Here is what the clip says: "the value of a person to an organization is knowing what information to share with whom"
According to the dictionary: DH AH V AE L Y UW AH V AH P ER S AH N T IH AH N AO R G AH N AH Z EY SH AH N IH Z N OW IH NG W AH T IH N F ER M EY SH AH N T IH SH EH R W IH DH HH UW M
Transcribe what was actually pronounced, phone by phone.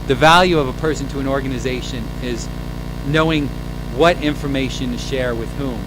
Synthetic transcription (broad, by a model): DH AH V AE L Y UW AH V AH P ER S AH N T IH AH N AO R G AH N AH Z EY SH AH N IH Z N OW IH NG W AH T IH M F ER M EY SH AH N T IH SH EH R W IH DH HH UW M